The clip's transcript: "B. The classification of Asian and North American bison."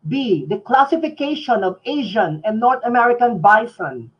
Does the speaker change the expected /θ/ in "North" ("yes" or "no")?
yes